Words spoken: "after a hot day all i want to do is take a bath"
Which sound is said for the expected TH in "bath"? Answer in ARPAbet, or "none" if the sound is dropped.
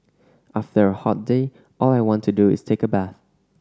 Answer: TH